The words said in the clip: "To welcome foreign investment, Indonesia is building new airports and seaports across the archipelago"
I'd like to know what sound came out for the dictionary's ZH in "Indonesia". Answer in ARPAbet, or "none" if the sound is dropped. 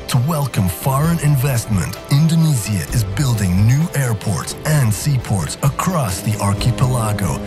Z